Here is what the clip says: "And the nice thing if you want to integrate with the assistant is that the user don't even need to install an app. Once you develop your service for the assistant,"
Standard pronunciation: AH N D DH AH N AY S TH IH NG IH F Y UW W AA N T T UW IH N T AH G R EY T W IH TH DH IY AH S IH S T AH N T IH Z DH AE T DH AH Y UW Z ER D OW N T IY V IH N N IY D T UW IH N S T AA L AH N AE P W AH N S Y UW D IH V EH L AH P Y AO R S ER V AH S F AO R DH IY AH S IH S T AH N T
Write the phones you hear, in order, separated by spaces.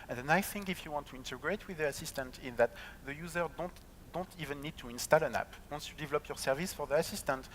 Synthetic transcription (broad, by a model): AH N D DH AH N AY TH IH NG IH F Y UW W AA N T T UW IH N T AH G R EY T W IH DH IY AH S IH S T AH N T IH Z DH AE T DH AH Y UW Z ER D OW N T IY V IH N N IY D T UW IH N S T AA L AH N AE P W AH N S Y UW D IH V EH L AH P Y AO R S ER V AH S F AO R DH IY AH S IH S T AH N T